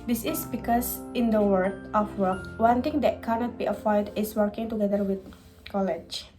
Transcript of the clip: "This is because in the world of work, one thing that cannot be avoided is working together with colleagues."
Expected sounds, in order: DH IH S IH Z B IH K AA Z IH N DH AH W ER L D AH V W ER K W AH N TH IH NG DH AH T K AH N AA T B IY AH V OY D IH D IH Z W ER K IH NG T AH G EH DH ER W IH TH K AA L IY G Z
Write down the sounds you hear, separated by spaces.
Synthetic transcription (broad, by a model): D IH S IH S B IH K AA S IH N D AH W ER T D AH F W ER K W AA N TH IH NG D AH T K AH N AA T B IY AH P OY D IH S W ER K IH NG T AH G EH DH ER W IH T K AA L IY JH